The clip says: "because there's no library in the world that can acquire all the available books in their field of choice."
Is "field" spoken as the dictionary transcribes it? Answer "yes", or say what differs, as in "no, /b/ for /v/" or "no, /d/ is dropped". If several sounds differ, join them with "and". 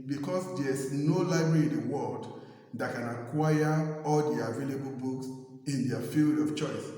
yes